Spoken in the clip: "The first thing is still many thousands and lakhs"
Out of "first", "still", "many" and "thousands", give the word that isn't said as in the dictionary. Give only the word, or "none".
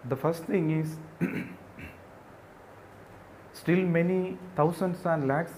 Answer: thousands